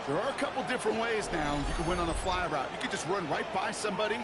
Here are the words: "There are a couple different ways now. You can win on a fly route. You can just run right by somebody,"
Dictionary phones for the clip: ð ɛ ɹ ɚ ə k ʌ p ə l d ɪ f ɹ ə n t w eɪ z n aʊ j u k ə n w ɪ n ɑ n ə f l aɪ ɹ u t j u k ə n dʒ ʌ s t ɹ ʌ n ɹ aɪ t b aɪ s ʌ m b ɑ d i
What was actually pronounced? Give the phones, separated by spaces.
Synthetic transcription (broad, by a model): ð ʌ ɹ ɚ ə k ʌ p l d ɪ f ɹ ə n t w eɪ z n aʊ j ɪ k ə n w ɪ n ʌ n ə f l aɪ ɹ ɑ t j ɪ k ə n dʒ ʌ s t ɹ ʌ n ɹ aɪ t b aɪ s ʌ m b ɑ d i